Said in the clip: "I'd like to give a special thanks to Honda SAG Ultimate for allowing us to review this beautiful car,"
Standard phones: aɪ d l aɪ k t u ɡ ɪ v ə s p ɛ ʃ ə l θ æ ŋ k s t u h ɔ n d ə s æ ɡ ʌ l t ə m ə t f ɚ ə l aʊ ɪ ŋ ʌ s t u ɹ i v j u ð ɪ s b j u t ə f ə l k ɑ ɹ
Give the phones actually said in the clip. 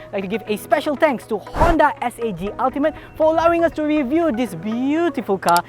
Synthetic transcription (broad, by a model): l aɪ k t u ɡ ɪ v ə s p ɛ ʃ ə l t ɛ ŋ k s t u h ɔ n d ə s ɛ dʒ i l t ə m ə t f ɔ ə l aʊ ɪ ŋ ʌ s t u ɹ i v j u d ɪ s b j u t ə f ə l k ɑ